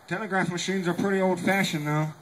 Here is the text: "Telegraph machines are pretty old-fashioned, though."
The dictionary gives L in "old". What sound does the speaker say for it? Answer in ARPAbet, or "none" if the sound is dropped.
L